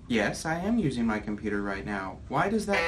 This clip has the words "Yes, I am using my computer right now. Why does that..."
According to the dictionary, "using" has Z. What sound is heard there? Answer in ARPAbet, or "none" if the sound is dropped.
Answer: Z